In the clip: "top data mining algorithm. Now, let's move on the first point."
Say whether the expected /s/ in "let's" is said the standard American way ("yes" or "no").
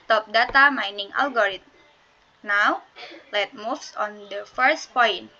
no